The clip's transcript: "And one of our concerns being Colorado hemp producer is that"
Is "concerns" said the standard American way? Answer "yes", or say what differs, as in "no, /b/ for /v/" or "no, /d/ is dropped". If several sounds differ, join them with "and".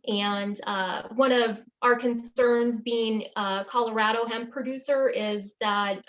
yes